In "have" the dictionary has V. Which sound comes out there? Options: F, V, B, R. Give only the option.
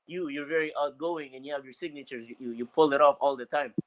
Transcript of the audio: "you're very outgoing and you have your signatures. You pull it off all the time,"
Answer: V